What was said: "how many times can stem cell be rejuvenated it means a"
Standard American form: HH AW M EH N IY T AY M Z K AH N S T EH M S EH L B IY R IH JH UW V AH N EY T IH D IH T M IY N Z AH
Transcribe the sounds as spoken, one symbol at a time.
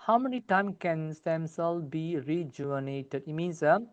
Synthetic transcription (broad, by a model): HH AW M EH N IY T AY M K AH N S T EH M S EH L B IY R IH JH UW AH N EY T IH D IH T M IY N S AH